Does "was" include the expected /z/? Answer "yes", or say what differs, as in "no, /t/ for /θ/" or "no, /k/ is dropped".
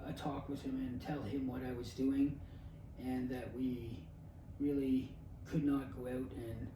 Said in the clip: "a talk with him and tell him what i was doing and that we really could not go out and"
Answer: yes